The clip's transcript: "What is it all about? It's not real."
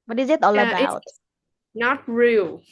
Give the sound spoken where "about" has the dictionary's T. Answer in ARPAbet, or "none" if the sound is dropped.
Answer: none